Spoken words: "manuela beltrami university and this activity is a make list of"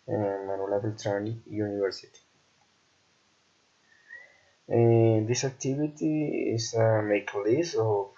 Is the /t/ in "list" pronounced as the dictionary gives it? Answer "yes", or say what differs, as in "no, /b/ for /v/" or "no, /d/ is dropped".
no, /t/ is dropped